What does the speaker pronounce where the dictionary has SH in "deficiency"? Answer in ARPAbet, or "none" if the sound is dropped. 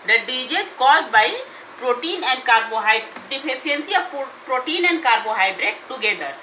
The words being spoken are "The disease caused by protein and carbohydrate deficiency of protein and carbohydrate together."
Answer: none